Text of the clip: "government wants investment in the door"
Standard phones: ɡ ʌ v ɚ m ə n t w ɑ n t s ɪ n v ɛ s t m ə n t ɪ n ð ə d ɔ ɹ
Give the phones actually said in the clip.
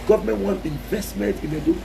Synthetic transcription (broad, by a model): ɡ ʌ v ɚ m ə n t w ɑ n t ɪ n v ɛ s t m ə n t ɪ n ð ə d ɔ